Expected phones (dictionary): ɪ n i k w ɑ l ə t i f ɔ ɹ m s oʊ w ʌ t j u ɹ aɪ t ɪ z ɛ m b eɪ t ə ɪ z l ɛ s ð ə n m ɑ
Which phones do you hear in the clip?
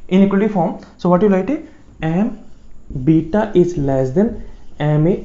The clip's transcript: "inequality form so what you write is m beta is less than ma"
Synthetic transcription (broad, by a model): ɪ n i k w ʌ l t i f ɔ ɹ m s oʊ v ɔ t j u l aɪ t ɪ ɛ m b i t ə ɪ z l ɛ s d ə n m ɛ